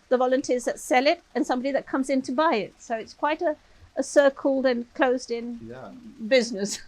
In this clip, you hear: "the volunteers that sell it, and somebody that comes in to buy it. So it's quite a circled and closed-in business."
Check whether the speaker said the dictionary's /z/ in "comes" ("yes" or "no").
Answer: yes